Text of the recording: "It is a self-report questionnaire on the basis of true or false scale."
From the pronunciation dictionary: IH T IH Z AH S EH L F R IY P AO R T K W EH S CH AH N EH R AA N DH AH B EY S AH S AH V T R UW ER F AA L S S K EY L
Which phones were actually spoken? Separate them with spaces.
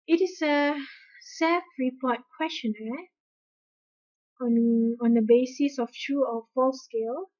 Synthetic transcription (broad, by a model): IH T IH S AH S EH L F R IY P AO T K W EH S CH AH N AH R AA N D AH B EY S AH S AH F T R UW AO F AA L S S K EY L